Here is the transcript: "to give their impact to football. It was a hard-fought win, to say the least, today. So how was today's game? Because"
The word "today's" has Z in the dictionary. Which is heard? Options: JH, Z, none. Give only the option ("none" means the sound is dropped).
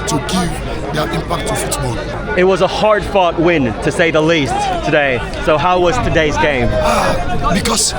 Z